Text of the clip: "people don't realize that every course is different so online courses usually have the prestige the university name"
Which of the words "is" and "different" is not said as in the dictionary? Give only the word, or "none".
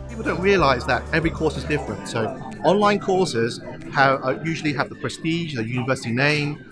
none